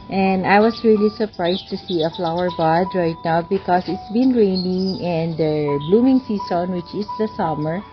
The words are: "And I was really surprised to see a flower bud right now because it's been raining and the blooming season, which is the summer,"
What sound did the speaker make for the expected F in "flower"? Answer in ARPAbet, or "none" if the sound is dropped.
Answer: F